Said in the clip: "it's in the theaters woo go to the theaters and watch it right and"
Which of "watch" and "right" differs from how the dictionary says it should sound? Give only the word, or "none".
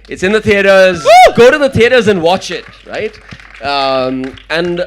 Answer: none